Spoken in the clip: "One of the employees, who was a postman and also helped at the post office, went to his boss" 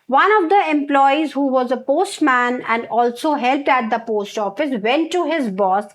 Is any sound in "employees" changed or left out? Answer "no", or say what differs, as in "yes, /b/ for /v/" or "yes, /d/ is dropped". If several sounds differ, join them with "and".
no